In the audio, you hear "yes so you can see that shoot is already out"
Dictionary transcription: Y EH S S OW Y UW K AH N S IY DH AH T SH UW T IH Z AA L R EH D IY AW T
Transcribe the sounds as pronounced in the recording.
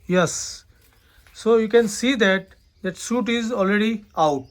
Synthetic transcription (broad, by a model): Y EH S S OW Y UW K AH N S IY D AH T S UW T IH Z AA L R EH D IY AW T